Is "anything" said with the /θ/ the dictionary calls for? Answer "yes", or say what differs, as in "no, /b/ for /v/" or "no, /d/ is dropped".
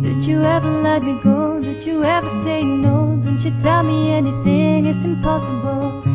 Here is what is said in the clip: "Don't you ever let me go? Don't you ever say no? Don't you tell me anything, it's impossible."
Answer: yes